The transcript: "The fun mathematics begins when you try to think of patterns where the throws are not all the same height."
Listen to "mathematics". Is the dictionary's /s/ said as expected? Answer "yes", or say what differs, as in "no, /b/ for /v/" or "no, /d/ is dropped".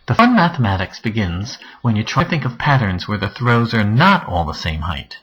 yes